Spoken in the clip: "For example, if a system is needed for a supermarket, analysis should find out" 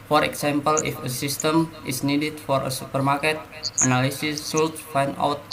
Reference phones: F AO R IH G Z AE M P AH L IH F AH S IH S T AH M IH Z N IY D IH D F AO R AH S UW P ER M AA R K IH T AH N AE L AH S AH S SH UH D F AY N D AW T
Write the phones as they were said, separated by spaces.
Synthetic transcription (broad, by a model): F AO R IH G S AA M P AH L IH F AH S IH S T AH M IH S N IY D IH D F AO R AH S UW P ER M AA R K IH T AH N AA L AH S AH S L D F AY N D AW T